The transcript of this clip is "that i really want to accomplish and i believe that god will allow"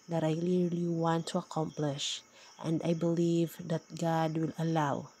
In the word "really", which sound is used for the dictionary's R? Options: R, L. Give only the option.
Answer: L